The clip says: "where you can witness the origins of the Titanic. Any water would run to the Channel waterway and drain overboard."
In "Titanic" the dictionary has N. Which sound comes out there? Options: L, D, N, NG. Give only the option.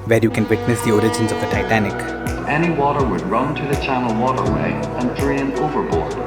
N